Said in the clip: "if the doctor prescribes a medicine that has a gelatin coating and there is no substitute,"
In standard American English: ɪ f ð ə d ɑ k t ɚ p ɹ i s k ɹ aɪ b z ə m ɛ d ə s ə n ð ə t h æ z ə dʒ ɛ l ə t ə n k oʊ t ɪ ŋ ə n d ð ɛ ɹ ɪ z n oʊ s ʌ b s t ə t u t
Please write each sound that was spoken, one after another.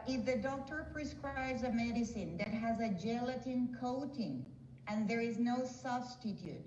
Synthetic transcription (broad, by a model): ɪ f ð ə d ɑ k t ɚ p ɹ i s k ɹ aɪ b z ə m ɛ d ə s ə n ð ə t h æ z ə dʒ ɛ l ə t ə n k oʊ t ɪ ŋ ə n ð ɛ ɹ ɪ z n oʊ s ʌ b s t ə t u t